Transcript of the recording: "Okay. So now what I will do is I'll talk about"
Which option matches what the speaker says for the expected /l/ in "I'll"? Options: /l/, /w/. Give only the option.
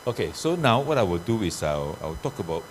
/w/